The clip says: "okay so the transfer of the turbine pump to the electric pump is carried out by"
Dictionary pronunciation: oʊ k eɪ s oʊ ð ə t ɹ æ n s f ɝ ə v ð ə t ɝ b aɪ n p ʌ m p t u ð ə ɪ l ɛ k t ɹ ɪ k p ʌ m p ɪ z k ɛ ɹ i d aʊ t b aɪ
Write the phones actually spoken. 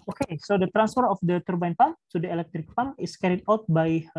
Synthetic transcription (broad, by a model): oʊ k eɪ s oʊ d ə t ɹ æ n s f ɝ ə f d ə t ɝ b aɪ n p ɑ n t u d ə ɪ l ɛ k t ɹ ɪ k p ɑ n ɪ s k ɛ ɹ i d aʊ t b aɪ